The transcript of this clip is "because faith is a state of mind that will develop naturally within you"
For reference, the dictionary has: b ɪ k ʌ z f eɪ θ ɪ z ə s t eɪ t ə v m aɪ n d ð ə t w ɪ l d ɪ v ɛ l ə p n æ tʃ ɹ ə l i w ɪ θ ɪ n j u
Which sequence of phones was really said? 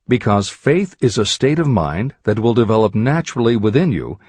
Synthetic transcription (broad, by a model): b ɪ k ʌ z f eɪ θ ɪ z ə s t eɪ t ə v m aɪ n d ð ə t w ɪ l d ɪ v ɛ l ə p n æ tʃ ɹ l i w ɪ θ ɪ n j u